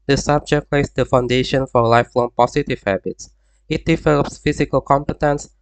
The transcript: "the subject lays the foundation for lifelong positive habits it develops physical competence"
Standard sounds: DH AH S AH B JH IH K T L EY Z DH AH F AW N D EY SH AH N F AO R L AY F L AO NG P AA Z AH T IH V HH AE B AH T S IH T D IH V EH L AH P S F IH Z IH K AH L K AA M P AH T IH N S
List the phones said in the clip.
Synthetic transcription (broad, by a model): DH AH S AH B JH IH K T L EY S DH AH F AW N D EY SH AH N F AO R L AY F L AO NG P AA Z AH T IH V HH AE B AH T S IH T D IH V EH L AH P S F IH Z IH K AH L K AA M P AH T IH N S